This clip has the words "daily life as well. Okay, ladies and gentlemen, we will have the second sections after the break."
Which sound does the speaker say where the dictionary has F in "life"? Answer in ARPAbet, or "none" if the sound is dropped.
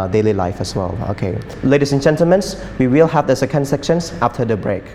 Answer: F